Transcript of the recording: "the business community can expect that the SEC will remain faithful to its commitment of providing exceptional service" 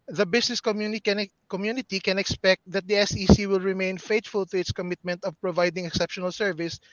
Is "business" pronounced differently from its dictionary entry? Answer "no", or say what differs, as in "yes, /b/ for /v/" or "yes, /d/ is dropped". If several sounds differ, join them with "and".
yes, /s/ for /z/